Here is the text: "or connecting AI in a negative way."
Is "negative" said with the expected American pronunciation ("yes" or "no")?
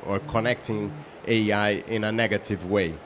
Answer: yes